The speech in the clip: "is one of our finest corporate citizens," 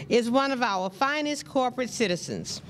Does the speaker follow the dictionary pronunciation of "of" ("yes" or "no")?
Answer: yes